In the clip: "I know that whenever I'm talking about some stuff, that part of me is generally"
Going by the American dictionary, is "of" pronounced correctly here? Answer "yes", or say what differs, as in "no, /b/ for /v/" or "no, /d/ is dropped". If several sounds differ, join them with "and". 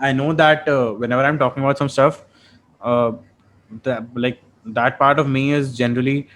yes